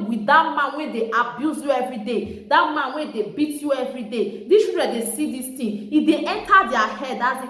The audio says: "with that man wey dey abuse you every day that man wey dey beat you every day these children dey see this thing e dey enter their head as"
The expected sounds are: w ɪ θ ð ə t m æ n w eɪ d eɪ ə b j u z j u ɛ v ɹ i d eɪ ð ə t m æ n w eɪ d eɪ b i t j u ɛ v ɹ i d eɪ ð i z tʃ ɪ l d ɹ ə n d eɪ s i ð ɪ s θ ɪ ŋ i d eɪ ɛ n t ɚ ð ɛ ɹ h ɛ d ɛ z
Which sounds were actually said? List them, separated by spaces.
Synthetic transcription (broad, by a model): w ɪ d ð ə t m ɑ n w eɪ d eɪ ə b j u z j u ɛ v ɹ i d eɪ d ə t m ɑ n w eɪ d eɪ b i t j u ɛ v ɹ i d eɪ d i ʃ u d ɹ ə d eɪ s i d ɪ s t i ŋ i d eɪ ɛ n t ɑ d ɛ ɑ h ɛ d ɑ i